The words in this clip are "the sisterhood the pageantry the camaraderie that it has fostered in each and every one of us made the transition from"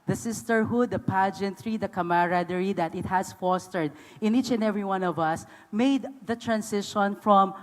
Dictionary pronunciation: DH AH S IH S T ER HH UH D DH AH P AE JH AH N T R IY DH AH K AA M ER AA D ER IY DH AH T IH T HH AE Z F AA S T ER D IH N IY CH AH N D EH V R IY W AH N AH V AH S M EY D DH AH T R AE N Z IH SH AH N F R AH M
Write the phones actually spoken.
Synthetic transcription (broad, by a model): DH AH S IH S T ER HH UH D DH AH P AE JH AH N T R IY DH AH K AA M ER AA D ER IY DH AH T IH T HH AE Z F AA S T ER D IH N IY CH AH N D EH V R IY W AH N AH V AH S M EY D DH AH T R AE N S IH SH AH N F R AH M